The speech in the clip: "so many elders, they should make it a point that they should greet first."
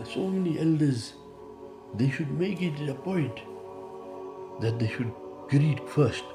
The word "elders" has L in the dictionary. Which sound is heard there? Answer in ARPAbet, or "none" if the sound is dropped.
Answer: L